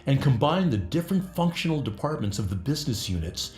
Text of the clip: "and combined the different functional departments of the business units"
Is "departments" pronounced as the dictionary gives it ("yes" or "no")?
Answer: yes